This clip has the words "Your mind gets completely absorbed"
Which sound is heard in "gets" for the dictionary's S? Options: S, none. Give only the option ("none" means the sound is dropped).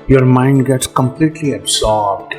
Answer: S